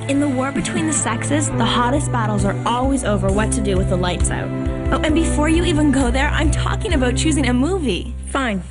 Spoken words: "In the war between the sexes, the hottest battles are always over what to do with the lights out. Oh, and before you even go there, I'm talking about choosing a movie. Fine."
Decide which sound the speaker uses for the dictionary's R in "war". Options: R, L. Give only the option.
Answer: R